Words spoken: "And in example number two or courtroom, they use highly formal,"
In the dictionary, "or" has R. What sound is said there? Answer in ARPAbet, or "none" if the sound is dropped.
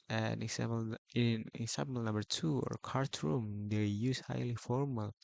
R